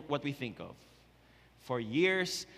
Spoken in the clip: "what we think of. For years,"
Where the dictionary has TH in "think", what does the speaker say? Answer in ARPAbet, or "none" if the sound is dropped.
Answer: TH